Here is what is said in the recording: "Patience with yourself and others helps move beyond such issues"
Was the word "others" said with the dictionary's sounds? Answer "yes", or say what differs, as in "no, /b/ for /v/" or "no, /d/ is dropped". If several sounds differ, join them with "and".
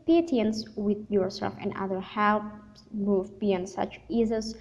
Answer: no, /z/ is dropped